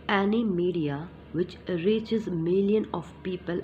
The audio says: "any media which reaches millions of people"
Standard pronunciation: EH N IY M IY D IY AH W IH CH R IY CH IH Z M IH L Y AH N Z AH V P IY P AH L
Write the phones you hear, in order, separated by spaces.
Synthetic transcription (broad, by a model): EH N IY M IY D IY AH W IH CH R IY CH IH Z M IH L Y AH N AH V P IY P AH L